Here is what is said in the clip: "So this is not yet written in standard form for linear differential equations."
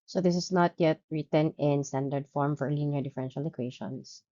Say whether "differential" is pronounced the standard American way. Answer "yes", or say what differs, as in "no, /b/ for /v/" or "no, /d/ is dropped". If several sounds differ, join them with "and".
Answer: yes